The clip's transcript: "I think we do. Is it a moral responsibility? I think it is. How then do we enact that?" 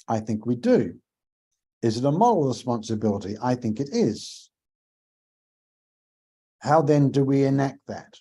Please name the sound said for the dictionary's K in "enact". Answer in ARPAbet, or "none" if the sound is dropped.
K